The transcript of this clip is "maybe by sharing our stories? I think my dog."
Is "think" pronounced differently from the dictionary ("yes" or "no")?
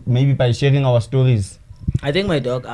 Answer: yes